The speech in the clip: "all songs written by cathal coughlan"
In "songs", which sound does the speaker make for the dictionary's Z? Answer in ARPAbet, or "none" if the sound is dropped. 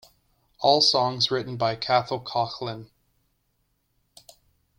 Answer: Z